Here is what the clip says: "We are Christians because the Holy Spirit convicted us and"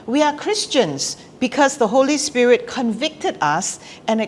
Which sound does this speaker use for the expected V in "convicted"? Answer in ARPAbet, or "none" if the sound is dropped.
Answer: V